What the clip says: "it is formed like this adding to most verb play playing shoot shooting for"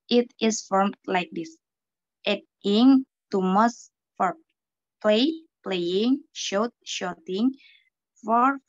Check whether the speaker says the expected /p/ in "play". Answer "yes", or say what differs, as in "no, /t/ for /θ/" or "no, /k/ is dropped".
yes